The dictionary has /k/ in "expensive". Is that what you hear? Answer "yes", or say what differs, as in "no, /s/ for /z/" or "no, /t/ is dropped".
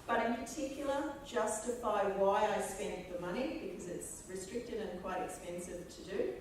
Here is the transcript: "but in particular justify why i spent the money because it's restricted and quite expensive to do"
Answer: yes